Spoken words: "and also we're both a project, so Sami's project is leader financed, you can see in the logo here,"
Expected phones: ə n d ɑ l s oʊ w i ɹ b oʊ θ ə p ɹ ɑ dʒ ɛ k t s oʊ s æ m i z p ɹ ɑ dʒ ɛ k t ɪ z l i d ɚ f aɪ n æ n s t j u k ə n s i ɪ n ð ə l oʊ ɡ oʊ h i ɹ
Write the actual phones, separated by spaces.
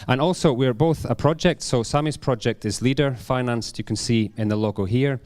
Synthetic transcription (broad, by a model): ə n ɑ l s oʊ w i ɹ b oʊ θ ə p ɹ ɑ dʒ ɛ k t s oʊ s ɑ m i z p ɹ ɑ dʒ ɛ k t ɪ z l i d ɚ f aɪ n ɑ n s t j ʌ k ə n s i ɪ n ð ə l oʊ ɡ oʊ h i ɹ